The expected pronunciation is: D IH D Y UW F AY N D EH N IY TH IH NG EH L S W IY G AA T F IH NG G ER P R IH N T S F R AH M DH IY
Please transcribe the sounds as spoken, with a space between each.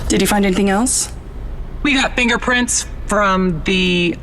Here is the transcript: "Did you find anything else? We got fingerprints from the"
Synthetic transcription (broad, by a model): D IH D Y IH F AY N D EH N IY TH IH NG EH L S W IY G AA T F IH NG G ER P R IH N T S F R AH M DH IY